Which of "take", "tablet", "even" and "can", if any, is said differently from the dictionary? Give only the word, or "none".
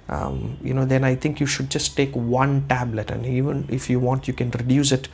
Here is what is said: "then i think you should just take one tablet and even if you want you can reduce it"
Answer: none